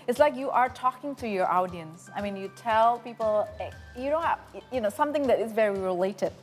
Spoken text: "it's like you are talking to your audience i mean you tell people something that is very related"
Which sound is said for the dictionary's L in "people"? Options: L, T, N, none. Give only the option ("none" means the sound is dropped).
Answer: N